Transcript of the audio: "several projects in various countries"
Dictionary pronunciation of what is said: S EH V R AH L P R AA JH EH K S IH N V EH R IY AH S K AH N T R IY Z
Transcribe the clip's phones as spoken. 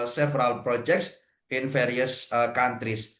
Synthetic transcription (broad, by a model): S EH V R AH L P R AA JH EH K S IH N F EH R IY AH S K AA N T R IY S